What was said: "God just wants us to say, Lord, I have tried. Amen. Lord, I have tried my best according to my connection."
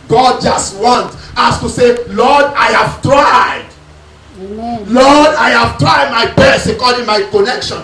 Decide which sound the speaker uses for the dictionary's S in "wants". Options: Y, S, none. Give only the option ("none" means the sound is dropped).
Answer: none